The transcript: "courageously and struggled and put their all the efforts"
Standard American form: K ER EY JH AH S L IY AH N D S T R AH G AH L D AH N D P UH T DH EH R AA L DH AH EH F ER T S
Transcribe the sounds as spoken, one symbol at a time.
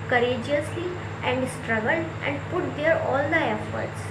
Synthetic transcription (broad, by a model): K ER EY JH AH S L IY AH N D S T R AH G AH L AH N D P UH T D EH R AA L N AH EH F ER T S